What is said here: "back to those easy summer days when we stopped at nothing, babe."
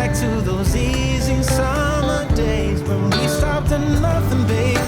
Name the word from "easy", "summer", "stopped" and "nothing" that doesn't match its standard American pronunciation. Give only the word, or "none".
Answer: none